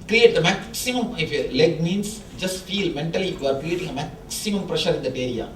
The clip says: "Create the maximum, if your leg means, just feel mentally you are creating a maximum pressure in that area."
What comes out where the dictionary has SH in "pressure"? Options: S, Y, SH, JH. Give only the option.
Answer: SH